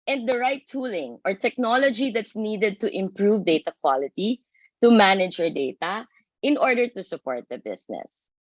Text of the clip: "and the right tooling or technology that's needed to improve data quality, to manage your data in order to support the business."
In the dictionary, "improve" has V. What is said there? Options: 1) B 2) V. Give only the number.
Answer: 2